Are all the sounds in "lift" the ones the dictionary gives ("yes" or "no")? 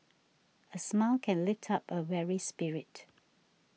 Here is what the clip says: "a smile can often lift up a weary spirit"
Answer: yes